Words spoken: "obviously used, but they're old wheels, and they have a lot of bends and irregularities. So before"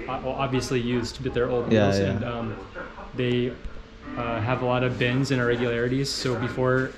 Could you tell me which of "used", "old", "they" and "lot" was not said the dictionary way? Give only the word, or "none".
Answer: none